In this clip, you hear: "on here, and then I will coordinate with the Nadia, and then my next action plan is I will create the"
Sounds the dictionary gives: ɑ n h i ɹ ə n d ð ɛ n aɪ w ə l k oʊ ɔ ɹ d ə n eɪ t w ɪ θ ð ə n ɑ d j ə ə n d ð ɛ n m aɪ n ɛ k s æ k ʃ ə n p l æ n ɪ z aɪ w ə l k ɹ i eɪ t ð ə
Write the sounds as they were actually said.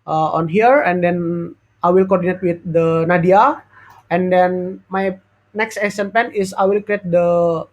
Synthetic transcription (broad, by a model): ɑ n h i ɹ ə n d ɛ n aɪ w ə l k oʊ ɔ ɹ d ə n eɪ t w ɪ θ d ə n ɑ d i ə ə n d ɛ n m aɪ n ɛ k s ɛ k s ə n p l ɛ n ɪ s aɪ w ə l k ɹ i eɪ t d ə